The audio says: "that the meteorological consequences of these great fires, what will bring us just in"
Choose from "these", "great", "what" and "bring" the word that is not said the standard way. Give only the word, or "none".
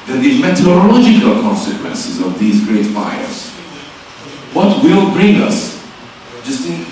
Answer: none